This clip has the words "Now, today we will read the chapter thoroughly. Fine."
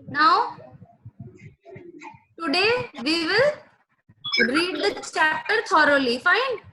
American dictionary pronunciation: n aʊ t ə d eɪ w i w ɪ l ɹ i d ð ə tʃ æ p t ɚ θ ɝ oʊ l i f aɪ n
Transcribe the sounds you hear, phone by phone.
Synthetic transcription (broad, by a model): n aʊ t ə d eɪ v i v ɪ l ɹ i d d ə tʃ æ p t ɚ t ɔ oʊ l i f aɪ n